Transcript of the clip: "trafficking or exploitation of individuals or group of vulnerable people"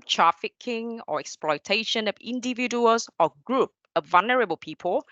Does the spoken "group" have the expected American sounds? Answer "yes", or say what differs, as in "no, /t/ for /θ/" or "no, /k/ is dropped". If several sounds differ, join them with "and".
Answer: yes